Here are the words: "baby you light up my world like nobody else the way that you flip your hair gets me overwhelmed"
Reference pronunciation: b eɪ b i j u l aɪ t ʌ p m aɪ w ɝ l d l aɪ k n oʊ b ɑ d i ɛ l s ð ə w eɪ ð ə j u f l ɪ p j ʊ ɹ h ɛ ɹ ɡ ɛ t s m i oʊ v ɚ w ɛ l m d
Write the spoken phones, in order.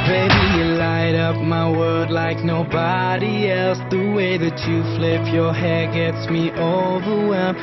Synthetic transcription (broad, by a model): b eɪ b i j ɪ l aɪ t ʌ p m aɪ w ɝ d l aɪ k n oʊ b ɑ d i ɛ l s ð ə w eɪ ð ə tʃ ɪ f l ɪ p j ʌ ɹ h ɛ ɹ ɡ ɛ t s m i oʊ v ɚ w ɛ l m